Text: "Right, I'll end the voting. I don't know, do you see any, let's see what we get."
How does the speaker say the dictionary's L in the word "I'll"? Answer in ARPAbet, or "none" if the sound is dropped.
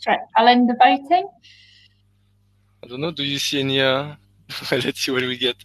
L